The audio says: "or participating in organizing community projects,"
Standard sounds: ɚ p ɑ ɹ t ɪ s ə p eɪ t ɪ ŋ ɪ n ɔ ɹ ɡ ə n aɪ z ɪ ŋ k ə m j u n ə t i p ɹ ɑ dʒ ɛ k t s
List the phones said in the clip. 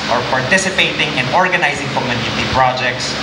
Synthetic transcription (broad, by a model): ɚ p ɑ ɹ t ɪ s ə p eɪ t ɪ ŋ ɪ n ɔ ɹ ɡ ə n aɪ z ɪ ŋ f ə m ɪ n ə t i p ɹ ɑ dʒ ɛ k t s